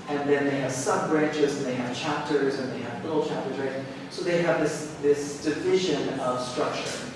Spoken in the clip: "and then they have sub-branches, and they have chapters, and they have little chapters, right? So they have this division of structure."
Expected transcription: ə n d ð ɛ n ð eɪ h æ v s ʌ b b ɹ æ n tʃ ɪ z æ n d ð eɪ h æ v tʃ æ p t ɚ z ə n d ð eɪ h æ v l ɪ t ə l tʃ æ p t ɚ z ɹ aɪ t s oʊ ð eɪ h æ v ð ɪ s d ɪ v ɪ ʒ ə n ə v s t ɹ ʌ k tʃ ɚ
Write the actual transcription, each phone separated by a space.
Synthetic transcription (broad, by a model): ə n ð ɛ n ð eɪ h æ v s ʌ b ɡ ɹ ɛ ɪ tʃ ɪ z n ð eɪ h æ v tʃ æ p t ɚ z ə n ð eɪ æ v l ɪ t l tʃ æ p t ɚ z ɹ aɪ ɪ s oʊ ð eɪ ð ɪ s ð ɪ s d ɪ v ɪ ʒ ə n ə v s t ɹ ʌ k tʃ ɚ